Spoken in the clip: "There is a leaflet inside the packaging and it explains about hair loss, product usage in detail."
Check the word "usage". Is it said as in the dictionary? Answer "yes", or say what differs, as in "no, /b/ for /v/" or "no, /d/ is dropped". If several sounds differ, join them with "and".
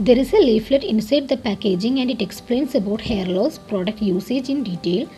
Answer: yes